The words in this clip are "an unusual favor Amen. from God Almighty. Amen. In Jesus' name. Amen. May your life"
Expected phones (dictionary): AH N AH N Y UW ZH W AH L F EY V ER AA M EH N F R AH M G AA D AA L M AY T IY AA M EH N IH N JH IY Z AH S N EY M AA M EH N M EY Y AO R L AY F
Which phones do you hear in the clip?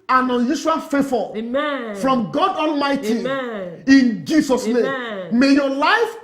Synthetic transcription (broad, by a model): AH N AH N Y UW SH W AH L F EY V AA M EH F R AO M G AA D AA L M AY T IY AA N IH N JH IY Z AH S N EY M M M EY Y AO L AY F